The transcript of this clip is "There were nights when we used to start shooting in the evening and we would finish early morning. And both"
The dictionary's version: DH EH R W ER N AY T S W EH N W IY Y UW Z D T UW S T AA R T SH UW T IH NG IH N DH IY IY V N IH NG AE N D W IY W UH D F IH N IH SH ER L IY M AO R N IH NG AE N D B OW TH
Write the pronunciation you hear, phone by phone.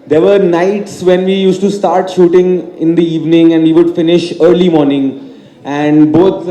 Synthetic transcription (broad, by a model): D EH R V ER N AY T S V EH N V IY Y UW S T UW S T AA R T SH UW T IH NG IH N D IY IY V N IH NG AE N D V IY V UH D F IH N IH SH ER L IY M AO R N IH NG AE N D B OW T